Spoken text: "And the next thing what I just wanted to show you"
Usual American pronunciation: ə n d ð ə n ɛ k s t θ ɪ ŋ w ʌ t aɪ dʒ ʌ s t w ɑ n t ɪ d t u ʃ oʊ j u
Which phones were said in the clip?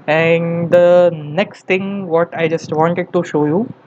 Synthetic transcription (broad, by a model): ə n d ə n ɛ k s t t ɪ ŋ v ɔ t aɪ dʒ ʌ s t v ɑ n t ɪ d t u ʃ oʊ j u